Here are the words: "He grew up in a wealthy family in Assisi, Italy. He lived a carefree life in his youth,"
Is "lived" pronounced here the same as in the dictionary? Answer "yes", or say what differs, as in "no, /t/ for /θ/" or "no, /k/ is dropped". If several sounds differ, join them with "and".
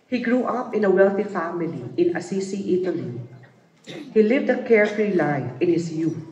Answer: yes